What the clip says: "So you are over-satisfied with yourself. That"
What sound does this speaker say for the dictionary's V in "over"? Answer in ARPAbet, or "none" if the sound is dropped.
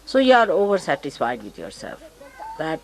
V